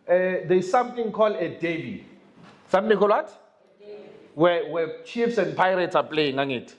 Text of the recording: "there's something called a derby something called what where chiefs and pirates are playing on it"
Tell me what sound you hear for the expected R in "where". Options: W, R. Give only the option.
W